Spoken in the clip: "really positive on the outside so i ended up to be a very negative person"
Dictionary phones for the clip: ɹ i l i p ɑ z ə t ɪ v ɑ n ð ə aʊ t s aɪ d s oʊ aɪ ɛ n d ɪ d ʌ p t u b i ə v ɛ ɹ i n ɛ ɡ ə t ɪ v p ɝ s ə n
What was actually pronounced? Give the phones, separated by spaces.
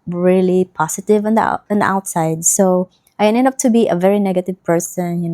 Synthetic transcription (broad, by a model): ɹ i l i p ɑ s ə t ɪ v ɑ n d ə aʊ t s aɪ d s oʊ aɪ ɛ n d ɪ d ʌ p t u b i ə v ɛ ɹ i n ɛ ɡ ə t ɪ v p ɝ s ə n